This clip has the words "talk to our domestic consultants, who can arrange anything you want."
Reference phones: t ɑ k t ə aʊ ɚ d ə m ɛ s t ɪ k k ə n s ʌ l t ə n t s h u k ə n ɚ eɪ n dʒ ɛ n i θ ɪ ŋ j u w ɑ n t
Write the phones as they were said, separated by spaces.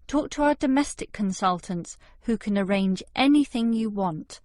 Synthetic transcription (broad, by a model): t ɑ k t ə aʊ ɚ d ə m ɛ s t ɪ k k ə n s ʌ l t ə n t s h u k ə n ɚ eɪ n dʒ ɛ n i θ ɪ ŋ j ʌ w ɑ n t